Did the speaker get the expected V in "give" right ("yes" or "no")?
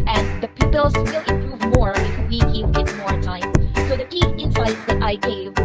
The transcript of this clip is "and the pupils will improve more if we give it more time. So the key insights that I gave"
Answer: no